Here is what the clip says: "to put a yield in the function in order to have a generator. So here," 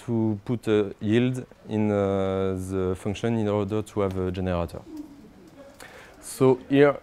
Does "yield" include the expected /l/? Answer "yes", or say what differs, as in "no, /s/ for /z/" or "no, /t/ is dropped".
yes